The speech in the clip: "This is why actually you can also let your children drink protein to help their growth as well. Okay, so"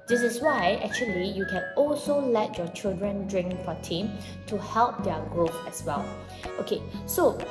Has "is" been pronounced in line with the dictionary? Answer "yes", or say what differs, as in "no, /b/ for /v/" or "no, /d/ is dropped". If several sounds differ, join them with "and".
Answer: no, /s/ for /z/